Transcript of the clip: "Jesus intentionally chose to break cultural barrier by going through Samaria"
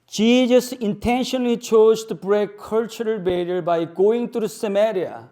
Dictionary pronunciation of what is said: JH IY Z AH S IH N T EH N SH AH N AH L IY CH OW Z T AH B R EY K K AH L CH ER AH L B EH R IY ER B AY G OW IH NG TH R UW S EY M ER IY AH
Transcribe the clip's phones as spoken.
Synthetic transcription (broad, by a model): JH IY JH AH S IH N T EH N SH AH N AH L IY CH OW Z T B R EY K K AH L CH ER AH L B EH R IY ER B AY G OW IH NG T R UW S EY M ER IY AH